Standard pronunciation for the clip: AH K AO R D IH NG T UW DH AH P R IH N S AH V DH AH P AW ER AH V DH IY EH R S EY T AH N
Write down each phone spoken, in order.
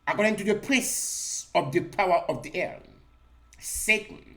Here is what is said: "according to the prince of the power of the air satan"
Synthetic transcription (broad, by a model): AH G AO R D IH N T UW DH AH P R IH S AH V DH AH P AW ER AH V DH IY EH R S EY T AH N